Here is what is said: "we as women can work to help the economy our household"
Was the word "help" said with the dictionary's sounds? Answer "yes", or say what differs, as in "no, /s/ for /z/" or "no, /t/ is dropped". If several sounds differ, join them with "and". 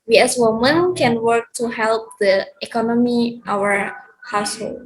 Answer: yes